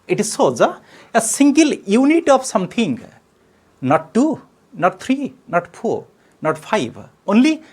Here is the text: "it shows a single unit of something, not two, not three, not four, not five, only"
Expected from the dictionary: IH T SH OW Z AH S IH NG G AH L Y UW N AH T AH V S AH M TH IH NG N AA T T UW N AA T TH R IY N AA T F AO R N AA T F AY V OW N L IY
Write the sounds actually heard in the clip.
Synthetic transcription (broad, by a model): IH T S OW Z AH S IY NG G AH L Y UW N AH T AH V S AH M T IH NG N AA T T UW N AA T T R IY N AA T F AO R N AA T P AY B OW N L IY